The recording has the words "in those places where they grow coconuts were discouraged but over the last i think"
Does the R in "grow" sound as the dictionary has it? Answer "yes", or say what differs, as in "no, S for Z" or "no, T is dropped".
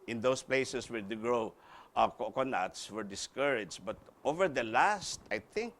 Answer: no, L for R